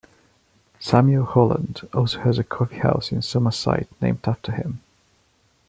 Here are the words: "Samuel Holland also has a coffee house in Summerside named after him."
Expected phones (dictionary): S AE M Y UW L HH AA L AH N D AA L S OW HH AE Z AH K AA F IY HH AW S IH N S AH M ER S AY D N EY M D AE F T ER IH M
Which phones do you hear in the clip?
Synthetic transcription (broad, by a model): S AE M Y UW L HH AA L AH N D AA L S OW HH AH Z AH K AA F IY HH AW S IH N S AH M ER S AY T N EY M D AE F T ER IH M